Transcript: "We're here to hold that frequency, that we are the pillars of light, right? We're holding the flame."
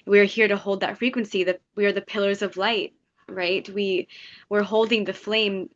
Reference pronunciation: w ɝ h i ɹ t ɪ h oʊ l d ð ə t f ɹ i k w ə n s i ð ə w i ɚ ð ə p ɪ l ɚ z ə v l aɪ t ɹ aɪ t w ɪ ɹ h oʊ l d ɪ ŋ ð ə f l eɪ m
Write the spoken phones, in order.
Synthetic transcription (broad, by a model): w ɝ h i ɹ t ɪ h oʊ l d ð ə t f ɹ i k w ə n s i ð ə w i ɚ ð ə p ɪ l ɚ z ə v l aɪ t ɹ aɪ t w ɪ ɹ h oʊ l d ɪ ŋ ð ə f l eɪ m